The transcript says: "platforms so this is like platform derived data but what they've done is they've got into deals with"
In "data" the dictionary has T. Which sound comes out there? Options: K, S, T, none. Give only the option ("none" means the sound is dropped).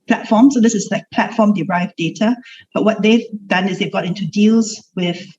T